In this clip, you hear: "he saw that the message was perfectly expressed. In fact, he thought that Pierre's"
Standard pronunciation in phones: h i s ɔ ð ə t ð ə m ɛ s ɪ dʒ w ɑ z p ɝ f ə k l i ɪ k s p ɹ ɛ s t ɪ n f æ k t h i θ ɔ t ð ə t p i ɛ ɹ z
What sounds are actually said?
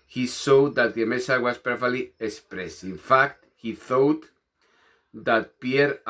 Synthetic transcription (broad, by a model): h i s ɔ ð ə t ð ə m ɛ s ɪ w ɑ s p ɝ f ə l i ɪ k s p ɹ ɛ s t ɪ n f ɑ k t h i θ ɔ t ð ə t p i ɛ ɹ